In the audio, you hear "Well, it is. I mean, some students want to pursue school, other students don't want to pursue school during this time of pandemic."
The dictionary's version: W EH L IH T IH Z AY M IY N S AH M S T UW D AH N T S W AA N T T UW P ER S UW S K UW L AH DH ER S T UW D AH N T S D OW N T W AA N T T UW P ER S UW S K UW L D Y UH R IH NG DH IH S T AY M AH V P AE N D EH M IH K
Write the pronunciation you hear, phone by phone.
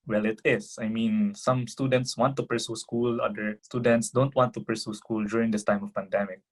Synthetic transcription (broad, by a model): W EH L IH T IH S AY M IY N S AH M S T UW D AH N T S W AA N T T UW P ER S UW S K UW L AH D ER S T UW D AH N T S D OW N T W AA N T T UW P ER S UW S K UW L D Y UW R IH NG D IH S T AY M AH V P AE N D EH M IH K